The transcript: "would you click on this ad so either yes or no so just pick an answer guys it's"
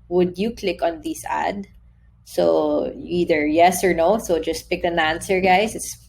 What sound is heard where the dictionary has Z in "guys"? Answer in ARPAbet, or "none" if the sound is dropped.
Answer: S